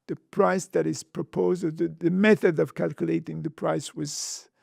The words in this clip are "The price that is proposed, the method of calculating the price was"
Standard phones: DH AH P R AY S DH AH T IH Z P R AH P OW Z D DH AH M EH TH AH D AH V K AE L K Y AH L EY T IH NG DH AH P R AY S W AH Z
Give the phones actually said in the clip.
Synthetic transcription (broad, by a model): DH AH P R AY S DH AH T IH Z P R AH P OW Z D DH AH M EH TH AH D AH V K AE L K Y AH L EY T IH NG DH AH P R AY S W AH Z